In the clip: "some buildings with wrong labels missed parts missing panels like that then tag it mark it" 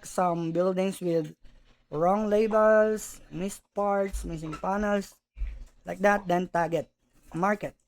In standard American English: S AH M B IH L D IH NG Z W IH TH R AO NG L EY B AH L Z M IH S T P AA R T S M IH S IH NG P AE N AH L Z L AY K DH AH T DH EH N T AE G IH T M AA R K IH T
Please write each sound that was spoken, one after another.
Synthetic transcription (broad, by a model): S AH M B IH L D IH NG S W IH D R AO NG L EY B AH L S M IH S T P AA R T S M IH S IH NG P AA N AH L S L AY K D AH T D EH N T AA G IH T M AA R K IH T